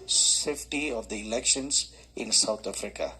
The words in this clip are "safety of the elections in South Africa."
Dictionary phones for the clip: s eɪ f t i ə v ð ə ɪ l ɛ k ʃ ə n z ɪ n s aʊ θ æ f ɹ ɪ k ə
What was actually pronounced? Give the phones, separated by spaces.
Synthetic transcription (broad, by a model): s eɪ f t i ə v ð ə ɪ l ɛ k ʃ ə n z ɪ n s aʊ t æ f ɹ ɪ k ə